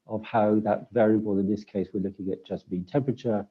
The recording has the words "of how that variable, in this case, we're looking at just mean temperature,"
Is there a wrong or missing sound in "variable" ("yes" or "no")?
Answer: no